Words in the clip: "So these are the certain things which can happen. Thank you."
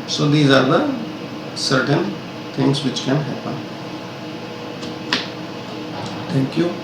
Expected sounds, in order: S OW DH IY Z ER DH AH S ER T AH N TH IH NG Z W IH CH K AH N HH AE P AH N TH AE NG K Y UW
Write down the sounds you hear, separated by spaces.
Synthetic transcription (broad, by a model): S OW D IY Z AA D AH S ER T AH N T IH NG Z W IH CH K AH N HH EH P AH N T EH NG K Y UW